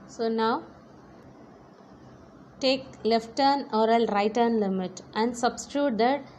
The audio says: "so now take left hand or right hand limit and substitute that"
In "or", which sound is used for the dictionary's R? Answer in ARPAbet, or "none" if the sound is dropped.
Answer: L